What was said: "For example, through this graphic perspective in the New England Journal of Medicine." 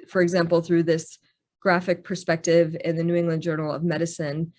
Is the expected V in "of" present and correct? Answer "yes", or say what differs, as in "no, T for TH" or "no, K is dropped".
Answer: yes